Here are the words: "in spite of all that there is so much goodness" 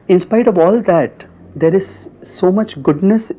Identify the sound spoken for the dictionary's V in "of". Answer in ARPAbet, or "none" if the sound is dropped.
V